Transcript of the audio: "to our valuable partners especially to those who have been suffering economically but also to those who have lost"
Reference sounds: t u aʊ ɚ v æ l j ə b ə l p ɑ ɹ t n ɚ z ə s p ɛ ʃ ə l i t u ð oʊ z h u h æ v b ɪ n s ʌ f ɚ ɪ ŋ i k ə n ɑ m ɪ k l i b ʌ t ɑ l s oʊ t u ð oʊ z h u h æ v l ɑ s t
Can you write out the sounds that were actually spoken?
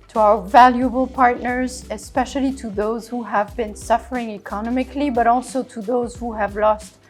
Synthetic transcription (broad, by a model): t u aʊ ɚ v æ l j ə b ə l p ɑ ɹ t n ɚ z ə s p ɛ ʃ ə l i t u ð oʊ z h u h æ v b ɪ n s ʌ f ɚ ɪ ŋ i k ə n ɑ m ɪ k l i b ʌ t ɑ l s oʊ t u ð oʊ z h u h æ v l ɑ s t